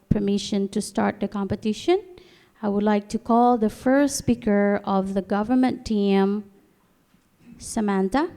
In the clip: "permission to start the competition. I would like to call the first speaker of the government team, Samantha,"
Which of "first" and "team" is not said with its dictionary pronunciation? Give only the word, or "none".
none